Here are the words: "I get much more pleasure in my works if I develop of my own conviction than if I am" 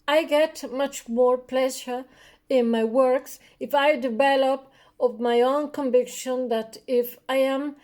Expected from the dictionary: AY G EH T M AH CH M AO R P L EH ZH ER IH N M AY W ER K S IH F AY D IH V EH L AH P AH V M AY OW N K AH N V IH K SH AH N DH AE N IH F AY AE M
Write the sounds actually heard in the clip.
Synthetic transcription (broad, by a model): AY G EH T M AH CH M AO R P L EH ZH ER IH N M AY W ER K S IH F AY D IH V EH L AH P AH V M AY OW N K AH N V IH K SH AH N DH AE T IH F AY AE M